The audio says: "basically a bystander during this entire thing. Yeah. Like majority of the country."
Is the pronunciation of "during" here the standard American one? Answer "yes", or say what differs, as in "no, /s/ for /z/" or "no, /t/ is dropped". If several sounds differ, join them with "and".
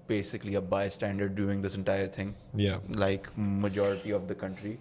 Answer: no, /ɹ/ is dropped